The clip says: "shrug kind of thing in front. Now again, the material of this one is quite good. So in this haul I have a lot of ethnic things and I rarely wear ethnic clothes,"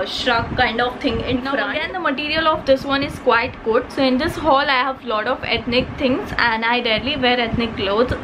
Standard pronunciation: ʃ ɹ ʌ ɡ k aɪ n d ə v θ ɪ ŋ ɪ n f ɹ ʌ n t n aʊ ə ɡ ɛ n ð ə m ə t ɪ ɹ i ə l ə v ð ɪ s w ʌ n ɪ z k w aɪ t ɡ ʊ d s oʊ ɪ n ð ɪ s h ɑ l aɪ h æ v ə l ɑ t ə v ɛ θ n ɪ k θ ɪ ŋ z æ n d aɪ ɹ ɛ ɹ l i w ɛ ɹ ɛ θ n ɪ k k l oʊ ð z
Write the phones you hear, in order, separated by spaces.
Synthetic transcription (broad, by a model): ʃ ɹ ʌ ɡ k aɪ n d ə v t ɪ ŋ ɪ n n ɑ t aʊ ə ɡ ɛ n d ə m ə t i ɹ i ə l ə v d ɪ s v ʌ n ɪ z k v aɪ t ɡ ʊ d s oʊ ɪ n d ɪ s h ɑ l aɪ h æ v l ɑ t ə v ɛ t n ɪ k t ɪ ŋ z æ n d aɪ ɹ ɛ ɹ l i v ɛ ɹ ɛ t n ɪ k k l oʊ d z